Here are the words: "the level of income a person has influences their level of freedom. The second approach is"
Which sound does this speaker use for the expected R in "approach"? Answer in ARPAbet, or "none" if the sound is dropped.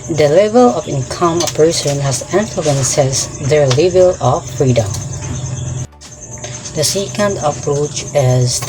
R